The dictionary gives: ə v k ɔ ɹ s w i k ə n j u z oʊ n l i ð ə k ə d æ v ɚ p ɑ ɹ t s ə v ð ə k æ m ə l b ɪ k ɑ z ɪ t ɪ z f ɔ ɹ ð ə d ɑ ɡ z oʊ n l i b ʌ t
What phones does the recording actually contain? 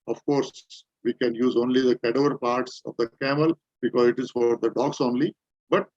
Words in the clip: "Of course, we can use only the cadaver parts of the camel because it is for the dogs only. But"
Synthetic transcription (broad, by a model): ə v k ɔ ɹ s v i k ə n j u z oʊ n l i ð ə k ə d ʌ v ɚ p ɑ ɹ t s ə v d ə k æ m ə l b ɪ k ɑ z ɪ t ɪ z f ɔ ɹ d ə d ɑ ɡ s oʊ n l i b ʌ t